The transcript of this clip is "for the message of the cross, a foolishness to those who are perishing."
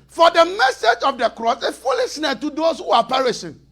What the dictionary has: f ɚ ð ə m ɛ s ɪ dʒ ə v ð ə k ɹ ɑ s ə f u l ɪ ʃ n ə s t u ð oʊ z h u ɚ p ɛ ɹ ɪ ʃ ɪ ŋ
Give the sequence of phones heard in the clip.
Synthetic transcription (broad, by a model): f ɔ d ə m ɛ s ɪ dʒ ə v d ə k ɹ ɑ s ə f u l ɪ s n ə t u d oʊ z h u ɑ p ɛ ɹ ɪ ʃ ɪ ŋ